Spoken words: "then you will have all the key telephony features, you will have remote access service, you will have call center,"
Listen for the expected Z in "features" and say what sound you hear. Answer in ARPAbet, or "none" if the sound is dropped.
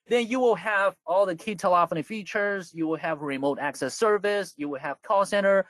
Z